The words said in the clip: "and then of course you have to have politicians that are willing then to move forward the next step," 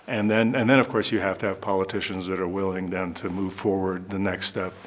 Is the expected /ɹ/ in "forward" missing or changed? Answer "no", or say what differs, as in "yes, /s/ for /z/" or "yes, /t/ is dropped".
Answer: no